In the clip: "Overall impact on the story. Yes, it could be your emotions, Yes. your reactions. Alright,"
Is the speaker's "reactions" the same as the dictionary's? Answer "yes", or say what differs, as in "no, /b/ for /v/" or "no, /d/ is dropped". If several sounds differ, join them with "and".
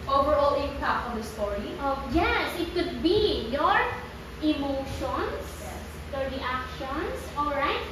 no, /s/ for /z/